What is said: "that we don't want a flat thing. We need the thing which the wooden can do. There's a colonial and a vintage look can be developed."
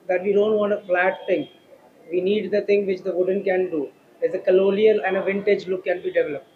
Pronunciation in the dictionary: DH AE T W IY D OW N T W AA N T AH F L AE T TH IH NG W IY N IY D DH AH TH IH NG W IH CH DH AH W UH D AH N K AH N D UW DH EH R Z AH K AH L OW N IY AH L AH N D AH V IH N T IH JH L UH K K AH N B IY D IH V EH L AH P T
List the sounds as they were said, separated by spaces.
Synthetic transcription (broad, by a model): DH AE T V IY D OW N T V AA N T AH F L AE T T IH NG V IY N IY D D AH T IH NG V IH CH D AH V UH D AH N K AH N D UW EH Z AH K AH L OW L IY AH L AH N D AH V IH N T IH JH L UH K K AH N B IY D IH V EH L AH P T